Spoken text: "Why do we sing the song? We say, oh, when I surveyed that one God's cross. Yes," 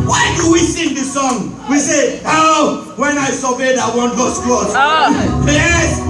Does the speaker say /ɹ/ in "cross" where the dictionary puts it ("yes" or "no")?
no